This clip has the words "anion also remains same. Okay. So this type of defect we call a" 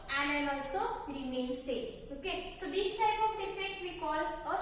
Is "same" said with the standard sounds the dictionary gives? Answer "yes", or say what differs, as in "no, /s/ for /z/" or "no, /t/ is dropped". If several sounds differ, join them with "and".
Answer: no, /m/ is dropped